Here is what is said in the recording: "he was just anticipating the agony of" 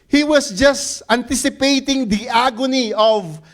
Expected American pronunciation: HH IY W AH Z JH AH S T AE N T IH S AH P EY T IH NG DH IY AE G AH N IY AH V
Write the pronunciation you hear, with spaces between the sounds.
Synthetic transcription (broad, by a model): HH IY W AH S JH AH S T AE N T IH S AH P EY T IH NG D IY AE G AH N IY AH V